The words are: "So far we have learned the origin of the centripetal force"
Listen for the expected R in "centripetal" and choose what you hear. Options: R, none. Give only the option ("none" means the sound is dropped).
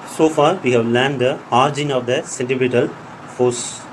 none